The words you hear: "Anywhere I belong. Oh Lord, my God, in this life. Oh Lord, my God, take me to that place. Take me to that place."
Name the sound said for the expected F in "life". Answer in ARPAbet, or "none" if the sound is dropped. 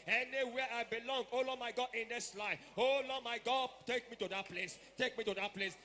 none